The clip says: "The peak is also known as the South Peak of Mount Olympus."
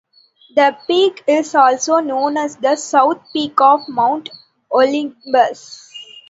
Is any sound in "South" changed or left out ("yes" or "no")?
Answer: yes